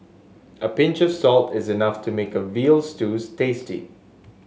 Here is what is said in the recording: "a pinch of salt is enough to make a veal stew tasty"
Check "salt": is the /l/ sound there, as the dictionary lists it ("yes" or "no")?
yes